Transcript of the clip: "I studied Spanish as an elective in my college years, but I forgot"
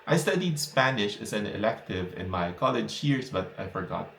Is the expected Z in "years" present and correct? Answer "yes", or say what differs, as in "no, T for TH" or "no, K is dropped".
no, S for Z